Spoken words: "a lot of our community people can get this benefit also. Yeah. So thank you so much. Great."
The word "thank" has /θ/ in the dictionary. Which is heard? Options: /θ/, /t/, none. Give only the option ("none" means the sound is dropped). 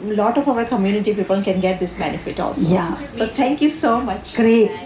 /t/